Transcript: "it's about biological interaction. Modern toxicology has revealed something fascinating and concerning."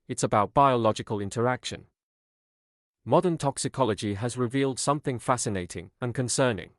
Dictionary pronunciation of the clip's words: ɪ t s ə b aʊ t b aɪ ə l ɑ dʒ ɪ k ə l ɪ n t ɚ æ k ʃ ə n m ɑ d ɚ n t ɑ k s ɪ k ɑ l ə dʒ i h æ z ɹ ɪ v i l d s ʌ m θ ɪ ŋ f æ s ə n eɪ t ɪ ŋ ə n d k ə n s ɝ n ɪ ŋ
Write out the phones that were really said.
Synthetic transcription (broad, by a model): ɪ t s ə b aʊ t b aɪ ə l ɑ dʒ ɪ k ə l ɪ n t ɚ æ k ʃ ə n m ɑ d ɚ n t ɑ k s ɪ k ɑ l ə dʒ i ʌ z ɹ ɪ v i l d s ʌ m θ ɪ ŋ f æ s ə n eɪ t ɪ ŋ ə n k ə n s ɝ n ɪ ŋ